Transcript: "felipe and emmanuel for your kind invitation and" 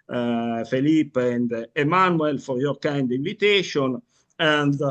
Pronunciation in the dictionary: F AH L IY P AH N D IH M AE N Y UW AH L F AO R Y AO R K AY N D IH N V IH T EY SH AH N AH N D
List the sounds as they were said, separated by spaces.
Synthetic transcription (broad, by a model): F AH L IY P AH N D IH M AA N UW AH L F AO R Y AO R K AY N D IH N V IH T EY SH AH N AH N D